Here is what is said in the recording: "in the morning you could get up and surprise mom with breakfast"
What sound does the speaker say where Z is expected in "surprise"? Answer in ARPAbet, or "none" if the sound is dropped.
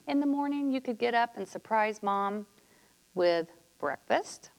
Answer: Z